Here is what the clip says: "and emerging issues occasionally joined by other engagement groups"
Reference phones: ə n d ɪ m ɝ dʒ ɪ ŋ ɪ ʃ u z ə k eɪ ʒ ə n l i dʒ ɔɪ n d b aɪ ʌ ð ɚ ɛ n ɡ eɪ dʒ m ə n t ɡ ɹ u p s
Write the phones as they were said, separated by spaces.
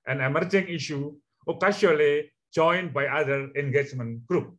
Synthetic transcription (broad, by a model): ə n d ɪ m ɝ dʒ ɪ ŋ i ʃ u ə k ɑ ʃ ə l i dʒ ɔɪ n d b aɪ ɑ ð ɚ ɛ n ɡ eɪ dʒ m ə n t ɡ ɹ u p